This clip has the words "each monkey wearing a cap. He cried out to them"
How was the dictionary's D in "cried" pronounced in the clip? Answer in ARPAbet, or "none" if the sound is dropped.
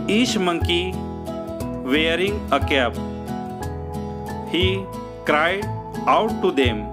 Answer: none